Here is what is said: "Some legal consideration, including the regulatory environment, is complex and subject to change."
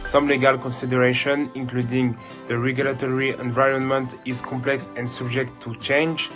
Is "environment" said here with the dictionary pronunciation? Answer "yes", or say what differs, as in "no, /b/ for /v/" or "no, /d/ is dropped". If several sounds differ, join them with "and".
yes